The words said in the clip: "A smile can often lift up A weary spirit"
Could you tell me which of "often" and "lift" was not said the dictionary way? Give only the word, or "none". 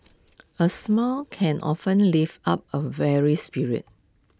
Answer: lift